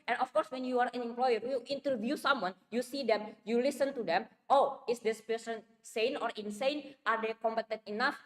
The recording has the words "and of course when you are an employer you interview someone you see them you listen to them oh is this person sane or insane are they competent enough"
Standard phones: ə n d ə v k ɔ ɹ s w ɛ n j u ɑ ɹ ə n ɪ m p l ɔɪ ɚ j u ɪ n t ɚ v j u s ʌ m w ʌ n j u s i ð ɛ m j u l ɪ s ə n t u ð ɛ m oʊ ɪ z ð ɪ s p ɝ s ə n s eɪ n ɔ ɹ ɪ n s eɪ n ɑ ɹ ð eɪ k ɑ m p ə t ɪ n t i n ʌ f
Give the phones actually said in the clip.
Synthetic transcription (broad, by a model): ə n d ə f k ɔ ɹ s w ɛ n j u ɑ ɹ ə n ɪ m p l ɔɪ ɚ j u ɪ n t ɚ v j u s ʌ m w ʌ n j u s i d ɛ m j u l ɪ s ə n t u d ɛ m oʊ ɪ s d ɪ s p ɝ s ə n s eɪ n ɔ ɹ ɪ n s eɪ n ɑ ɹ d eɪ k ɑ m p ə t ɪ n t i n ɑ f